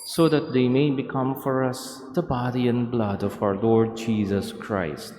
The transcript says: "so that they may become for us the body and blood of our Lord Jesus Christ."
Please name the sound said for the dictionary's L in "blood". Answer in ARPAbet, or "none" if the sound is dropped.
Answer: L